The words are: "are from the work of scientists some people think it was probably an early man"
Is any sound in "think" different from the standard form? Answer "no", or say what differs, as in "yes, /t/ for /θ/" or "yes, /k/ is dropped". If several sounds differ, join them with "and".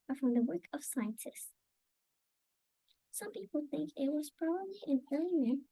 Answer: no